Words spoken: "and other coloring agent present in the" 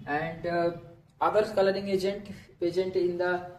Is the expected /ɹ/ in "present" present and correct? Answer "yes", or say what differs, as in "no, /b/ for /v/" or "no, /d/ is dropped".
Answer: no, /ɹ/ is dropped